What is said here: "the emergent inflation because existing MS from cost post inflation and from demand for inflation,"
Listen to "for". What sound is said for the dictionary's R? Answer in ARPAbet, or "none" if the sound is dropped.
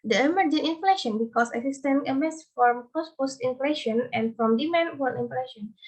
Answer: L